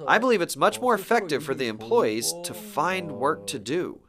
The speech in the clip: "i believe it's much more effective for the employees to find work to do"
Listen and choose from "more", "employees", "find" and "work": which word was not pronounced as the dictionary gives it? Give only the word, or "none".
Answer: none